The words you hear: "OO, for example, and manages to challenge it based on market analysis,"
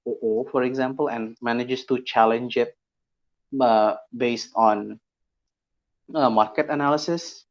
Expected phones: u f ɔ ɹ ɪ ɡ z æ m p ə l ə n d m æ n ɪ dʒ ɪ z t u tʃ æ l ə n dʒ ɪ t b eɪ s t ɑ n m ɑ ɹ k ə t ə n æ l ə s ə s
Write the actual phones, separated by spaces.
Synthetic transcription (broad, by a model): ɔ f ɔ ɹ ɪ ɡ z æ m p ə l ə n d m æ n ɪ dʒ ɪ s t u tʃ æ l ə n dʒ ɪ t b eɪ s t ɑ n m ɑ ɹ k ə t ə n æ l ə s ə s